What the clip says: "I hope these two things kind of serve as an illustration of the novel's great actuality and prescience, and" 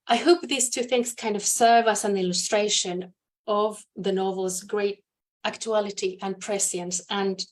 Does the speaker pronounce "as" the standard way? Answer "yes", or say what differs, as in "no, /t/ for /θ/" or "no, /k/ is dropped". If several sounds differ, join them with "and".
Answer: no, /s/ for /z/